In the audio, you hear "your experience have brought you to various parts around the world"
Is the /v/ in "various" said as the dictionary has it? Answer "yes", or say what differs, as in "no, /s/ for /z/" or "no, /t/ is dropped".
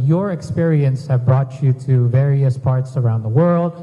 yes